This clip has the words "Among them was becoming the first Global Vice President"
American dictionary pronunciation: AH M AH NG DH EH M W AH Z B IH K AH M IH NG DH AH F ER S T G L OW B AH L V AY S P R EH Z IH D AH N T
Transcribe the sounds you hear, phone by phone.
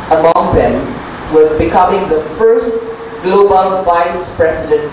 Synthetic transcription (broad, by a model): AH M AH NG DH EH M W AH Z B IH K AH M IH NG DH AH F ER S T G L OW B AH L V AY S P R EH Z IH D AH N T